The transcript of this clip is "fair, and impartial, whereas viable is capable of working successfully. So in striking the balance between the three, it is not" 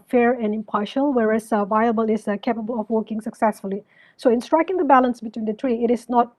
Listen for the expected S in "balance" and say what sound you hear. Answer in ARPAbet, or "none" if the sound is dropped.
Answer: S